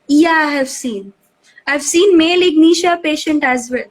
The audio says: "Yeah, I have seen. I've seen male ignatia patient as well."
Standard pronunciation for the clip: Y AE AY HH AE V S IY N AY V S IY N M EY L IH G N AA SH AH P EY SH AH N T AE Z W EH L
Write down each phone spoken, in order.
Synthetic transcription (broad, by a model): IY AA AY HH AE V S IY N AY V S IY N M EY L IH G N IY SH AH P EY SH AH N T AE Z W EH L